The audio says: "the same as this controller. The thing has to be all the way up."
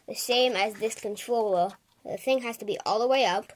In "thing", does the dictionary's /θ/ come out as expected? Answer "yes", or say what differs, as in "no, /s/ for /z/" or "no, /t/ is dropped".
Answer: yes